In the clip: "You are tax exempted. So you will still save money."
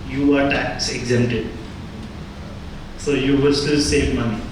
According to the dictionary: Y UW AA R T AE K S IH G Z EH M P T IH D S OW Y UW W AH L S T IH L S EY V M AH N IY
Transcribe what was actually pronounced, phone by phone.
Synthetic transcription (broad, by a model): Y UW AA R T AE K S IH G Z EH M T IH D S OW Y UW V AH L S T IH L S EY V M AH N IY